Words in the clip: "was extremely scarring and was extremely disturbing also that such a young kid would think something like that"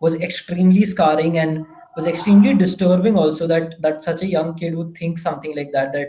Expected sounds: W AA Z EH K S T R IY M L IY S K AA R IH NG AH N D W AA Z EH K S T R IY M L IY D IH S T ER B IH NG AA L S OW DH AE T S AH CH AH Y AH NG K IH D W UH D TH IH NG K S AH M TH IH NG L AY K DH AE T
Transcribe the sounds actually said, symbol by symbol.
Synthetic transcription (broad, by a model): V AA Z EH K S T R IY M L IY S K AA R IH NG AH N D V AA Z EH K S T R IY M L IY D IH S T ER B IH NG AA L S OW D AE T S AH CH AH Y AH NG K IH D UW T IH NG K S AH M T IH NG L AY K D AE T